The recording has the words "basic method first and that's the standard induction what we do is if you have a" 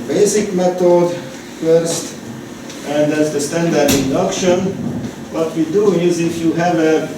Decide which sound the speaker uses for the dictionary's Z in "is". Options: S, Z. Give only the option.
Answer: Z